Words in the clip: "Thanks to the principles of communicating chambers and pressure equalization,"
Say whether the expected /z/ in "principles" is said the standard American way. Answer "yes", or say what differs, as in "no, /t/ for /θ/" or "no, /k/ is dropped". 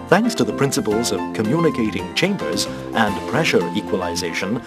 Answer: yes